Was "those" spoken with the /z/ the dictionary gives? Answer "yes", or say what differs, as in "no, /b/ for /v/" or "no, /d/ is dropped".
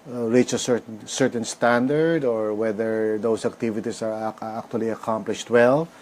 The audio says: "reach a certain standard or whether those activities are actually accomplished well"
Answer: no, /s/ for /z/